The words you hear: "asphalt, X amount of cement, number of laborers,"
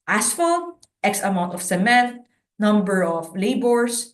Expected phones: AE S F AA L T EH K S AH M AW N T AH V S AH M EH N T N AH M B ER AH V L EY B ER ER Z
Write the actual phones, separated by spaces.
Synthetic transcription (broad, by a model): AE S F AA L T EH K S AH M AW N T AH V S AH M EH N T N AH M B ER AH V L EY B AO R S